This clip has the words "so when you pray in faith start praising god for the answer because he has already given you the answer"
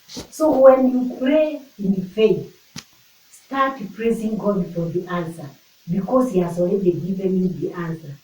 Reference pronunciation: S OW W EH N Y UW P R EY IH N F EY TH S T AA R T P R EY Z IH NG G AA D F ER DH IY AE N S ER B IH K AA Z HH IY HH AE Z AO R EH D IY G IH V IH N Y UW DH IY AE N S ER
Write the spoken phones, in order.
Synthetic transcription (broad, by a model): S OW W EH N Y UW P R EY IH N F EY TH S T AA T P R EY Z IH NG G AA D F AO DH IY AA N S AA B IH K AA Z HH IY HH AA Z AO L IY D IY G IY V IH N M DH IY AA N S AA